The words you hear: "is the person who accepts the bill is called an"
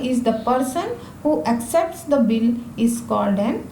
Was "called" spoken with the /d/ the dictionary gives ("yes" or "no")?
yes